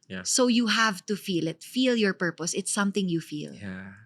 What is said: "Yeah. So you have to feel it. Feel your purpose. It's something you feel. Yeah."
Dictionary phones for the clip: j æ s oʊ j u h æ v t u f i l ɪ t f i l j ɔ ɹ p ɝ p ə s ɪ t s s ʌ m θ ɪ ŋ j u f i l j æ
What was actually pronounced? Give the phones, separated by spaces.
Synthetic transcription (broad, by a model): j s oʊ j u h æ v t u f i l ɪ t f i l j ɔ ɹ p ɝ p ə s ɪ t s s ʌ m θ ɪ ŋ j u f i l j